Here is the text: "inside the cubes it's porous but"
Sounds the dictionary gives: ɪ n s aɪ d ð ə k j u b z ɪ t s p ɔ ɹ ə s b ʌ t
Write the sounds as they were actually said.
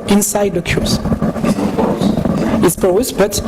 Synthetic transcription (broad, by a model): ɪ n s aɪ d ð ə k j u z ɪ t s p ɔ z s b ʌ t